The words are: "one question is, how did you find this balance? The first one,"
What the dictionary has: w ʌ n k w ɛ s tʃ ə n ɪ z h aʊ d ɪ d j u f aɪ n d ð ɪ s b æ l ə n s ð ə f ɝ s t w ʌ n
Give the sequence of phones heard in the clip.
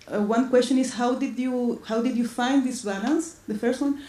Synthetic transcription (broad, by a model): w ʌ n k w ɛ s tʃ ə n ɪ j h aʊ d ɪ d j u f aɪ n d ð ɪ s b æ l ə n s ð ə f ɝ s t w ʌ n